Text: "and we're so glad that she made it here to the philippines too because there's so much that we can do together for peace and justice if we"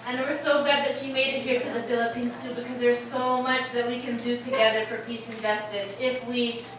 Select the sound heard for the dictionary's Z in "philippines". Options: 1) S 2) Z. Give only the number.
1